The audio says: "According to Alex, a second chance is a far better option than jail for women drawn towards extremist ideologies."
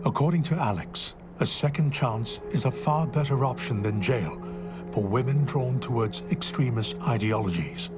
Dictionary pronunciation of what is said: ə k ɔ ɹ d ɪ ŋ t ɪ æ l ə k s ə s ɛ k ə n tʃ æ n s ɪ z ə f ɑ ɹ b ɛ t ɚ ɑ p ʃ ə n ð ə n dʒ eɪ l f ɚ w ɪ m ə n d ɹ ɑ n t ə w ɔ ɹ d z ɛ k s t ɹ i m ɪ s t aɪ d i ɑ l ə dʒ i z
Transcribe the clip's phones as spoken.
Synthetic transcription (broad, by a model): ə k ɔ ɹ d ɪ ŋ t ɪ æ l ə k s ə s ɛ k ə n tʃ æ n s ɪ z ə f ɑ ɹ b ɛ t ɚ ɑ p ʃ ə n ð ə n dʒ eɪ l f ɚ w ɪ m ə n d ɹ ɑ n t ə w ɔ ɹ d z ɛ k s t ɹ i m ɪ s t aɪ d i ɑ l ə dʒ i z